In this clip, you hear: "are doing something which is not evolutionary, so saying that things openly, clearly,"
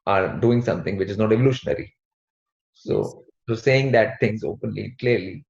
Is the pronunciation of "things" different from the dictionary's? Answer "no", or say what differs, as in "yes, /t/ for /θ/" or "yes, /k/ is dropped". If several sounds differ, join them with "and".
yes, /t/ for /θ/